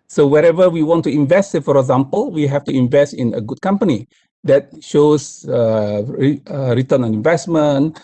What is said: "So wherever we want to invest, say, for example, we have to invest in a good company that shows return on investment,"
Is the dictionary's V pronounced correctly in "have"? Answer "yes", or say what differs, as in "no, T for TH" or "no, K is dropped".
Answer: no, F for V